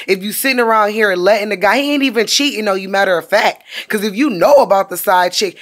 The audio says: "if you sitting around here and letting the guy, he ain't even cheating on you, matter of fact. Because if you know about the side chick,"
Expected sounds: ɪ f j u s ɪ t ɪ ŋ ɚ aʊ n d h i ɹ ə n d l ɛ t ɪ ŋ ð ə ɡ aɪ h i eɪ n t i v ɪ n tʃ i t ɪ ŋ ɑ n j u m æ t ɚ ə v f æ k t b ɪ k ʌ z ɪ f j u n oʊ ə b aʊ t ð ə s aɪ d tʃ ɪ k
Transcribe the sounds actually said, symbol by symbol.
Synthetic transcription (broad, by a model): ɪ f j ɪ s ɪ t ɪ ŋ ɚ aʊ n d h i ɹ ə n l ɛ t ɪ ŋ ð ə ɡ aɪ eɪ n t i v ɪ n tʃ i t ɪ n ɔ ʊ j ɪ m æ t ɚ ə f æ k t k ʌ z ɪ f j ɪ n oʊ ə b aʊ t ð ə s aɪ d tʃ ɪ k